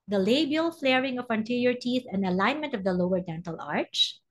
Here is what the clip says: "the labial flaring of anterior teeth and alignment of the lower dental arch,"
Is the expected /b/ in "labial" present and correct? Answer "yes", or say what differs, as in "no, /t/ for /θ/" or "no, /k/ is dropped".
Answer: yes